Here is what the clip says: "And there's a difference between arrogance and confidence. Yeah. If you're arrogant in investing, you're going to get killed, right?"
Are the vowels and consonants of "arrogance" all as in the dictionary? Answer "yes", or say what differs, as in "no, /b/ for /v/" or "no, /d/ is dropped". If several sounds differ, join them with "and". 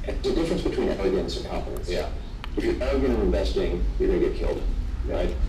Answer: no, /l/ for /ɹ/